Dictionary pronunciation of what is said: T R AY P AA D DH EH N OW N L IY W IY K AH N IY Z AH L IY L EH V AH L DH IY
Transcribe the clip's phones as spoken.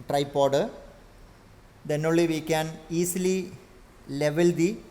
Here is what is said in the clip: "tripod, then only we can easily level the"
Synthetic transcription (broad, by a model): T R AY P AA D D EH N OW L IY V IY K AH N IY S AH L IY L EH V AH L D IY